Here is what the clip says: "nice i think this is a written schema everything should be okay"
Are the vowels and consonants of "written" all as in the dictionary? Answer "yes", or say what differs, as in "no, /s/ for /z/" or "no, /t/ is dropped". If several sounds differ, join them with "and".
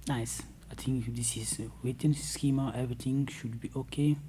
no, /w/ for /ɹ/